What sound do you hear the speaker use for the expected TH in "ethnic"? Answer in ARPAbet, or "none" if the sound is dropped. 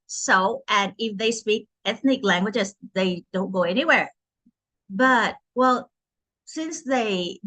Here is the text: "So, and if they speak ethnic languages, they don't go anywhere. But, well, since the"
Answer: TH